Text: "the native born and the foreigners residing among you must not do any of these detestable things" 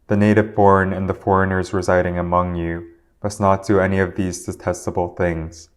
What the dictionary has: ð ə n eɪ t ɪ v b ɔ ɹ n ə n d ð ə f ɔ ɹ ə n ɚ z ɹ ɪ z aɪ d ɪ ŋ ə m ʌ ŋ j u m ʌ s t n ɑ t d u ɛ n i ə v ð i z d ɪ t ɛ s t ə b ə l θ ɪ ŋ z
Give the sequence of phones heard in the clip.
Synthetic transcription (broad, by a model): ð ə n eɪ t ɪ v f ɔ ɹ n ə n ð ə f ɔ ɹ ə n ɚ z ɹ ɪ z aɪ d ɪ ŋ ə m ʌ ŋ j u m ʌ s n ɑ t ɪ ɛ n i ə v ð i z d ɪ t ɛ s t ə b l θ ɪ ŋ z